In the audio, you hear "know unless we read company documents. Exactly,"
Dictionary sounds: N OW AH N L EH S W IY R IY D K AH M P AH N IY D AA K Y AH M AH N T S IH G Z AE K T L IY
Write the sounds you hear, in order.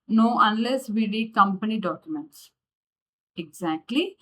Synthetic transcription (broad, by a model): N OW AH N L EH S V IY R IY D K AH M P AH N IY D AA K Y AH M AH N T S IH G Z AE K T L IY